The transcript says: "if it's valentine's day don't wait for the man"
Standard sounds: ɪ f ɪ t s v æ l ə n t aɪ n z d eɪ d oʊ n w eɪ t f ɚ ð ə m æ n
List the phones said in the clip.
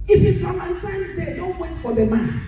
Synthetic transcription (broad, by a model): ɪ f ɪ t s f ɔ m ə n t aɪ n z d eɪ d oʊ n w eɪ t f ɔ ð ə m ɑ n